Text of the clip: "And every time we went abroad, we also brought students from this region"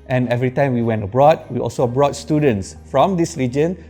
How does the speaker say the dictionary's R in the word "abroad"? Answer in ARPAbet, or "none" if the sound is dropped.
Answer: R